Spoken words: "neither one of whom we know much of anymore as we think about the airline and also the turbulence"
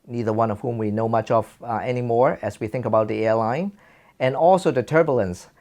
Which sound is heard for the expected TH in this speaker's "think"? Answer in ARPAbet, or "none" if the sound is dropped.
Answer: TH